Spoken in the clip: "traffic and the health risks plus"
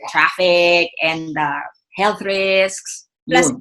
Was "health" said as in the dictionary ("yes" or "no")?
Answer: yes